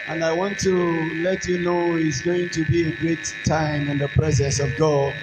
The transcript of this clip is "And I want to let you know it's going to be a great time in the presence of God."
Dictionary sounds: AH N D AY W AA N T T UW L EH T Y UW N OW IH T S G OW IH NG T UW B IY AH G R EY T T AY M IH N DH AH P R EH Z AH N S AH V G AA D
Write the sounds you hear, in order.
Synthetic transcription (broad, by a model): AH N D AY W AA N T T UW L EH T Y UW N OW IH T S G OW IH NG T UW B IY AH G R EY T T AY M IH N DH AH P R EH Z AH N S AH V G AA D